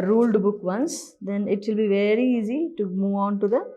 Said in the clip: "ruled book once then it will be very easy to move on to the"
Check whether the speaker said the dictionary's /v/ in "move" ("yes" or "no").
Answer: yes